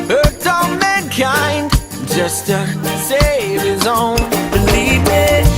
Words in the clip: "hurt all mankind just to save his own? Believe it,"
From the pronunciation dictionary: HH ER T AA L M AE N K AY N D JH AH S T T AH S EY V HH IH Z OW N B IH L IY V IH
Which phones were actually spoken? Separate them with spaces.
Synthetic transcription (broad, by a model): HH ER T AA N M AE N K AY N D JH AH S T T AH S EY V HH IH Z OW N B IH L IY V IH